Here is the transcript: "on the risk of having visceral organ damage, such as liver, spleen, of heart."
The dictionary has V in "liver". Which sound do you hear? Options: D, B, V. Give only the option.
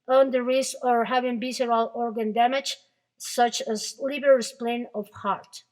B